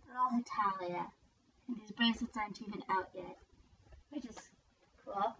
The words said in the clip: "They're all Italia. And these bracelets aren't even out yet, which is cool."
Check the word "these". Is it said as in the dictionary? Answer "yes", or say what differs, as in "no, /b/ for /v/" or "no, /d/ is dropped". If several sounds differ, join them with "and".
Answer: yes